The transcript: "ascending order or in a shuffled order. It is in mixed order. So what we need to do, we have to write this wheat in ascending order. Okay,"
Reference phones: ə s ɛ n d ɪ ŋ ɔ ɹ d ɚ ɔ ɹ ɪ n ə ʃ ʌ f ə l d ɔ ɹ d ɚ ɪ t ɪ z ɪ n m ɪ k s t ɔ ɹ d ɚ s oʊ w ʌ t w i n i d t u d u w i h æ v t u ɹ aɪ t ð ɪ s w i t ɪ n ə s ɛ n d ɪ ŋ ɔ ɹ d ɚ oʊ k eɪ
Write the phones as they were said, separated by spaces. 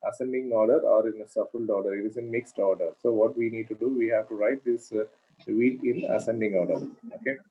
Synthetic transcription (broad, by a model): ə s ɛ n d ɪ ŋ ɔ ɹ d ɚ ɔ ɹ ɪ n ə s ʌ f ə l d ɔ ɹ d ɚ ɪ t ɪ z ɪ n m ɪ k s t ɔ ɹ d ɚ s oʊ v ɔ t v i n i d t u d u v i h æ v t u ɹ aɪ t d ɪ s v i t ɪ n ə s ɛ n d ɪ ŋ ɔ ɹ d ɚ oʊ k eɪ